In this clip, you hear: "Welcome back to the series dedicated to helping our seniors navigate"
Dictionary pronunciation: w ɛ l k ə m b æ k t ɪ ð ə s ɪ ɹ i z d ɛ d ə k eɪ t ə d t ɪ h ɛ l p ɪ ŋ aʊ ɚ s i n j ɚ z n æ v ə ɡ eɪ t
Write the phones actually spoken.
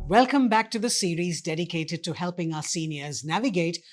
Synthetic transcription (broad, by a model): w ɛ l k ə m b æ k t ɪ ð ə s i ɹ i z d ɛ d ə k eɪ t ə d t ɪ h ɛ l p ɪ ŋ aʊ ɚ s i n j ɚ z n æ v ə ɡ eɪ t